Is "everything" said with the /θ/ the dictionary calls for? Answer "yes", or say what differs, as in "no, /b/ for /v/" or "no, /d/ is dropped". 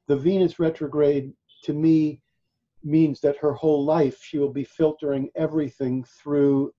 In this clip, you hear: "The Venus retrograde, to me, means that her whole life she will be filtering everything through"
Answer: yes